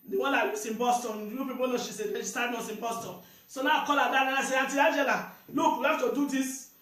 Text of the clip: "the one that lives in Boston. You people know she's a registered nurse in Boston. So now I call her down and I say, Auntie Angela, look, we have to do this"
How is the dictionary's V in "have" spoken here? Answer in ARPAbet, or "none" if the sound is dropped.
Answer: F